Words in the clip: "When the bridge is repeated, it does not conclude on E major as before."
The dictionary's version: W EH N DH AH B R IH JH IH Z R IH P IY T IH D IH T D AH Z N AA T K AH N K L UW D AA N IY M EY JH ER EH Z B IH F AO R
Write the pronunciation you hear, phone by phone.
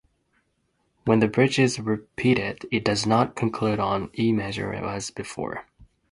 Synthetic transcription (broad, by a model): W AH N DH AH B R IH JH IH Z R IH P IY T IH D IH T D AH Z N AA T K AH N K L UW D N IY M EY ZH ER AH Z B IH F AO R